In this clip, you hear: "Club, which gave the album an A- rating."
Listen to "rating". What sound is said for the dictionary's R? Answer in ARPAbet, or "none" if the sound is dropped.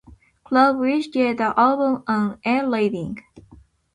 L